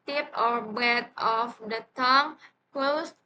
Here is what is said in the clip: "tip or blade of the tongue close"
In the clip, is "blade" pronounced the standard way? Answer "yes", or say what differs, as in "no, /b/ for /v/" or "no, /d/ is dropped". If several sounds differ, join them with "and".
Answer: no, /l/ is dropped